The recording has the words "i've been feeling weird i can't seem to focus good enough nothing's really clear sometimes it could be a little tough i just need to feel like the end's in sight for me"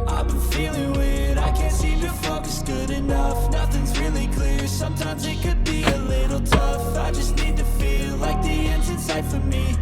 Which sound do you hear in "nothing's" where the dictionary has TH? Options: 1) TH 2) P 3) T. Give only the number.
1